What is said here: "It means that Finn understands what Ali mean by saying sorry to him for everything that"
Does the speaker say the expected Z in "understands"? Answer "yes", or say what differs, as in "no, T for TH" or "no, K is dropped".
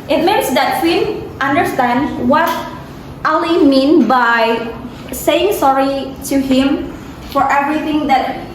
no, Z is dropped